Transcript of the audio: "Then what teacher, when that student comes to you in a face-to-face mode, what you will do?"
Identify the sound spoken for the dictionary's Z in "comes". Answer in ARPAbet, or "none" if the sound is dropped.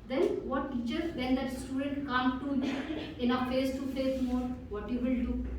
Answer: none